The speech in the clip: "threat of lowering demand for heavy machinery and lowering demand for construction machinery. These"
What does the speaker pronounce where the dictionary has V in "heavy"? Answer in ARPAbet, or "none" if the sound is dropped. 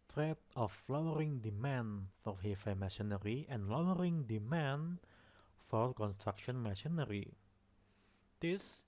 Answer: F